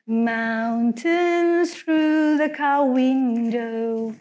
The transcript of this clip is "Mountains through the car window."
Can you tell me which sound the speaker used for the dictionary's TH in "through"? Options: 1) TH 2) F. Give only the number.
1